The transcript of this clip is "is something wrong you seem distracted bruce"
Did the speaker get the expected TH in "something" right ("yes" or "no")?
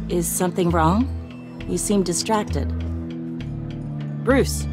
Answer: yes